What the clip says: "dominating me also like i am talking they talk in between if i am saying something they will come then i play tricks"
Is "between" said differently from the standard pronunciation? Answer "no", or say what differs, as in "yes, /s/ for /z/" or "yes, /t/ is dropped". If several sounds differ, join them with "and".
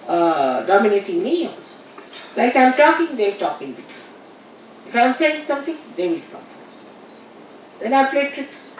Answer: yes, /n/ is dropped